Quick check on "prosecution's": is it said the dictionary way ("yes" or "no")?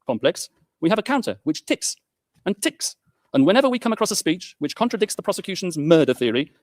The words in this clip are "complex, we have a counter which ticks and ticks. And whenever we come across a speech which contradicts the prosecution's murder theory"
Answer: yes